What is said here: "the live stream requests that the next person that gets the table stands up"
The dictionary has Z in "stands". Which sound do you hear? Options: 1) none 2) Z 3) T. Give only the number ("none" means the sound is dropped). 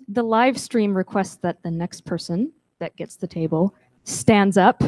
2